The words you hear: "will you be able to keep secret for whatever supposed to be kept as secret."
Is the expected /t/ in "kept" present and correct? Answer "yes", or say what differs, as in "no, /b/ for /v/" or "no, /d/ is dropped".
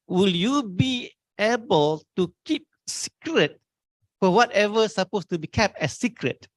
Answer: yes